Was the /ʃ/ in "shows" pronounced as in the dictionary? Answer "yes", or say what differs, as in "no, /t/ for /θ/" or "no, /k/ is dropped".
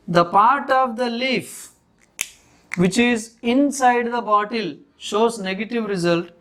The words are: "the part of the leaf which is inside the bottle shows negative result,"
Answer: yes